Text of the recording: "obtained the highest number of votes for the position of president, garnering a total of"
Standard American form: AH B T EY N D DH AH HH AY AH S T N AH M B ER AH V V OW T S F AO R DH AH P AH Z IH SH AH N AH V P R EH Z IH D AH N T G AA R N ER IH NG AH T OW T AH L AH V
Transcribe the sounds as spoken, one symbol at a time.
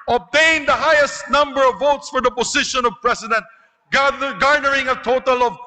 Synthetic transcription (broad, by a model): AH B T EY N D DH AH HH AY AH S T N AH M B ER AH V V OW T S F AO R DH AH P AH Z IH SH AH N AH V P R EH S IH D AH N T G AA R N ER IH NG AH T OW T AH L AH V